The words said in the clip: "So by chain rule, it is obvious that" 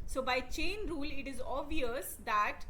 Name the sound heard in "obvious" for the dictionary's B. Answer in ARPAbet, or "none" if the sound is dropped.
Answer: none